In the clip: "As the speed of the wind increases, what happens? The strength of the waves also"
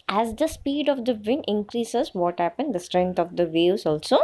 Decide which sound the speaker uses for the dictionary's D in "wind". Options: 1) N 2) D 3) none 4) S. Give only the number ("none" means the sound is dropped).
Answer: 3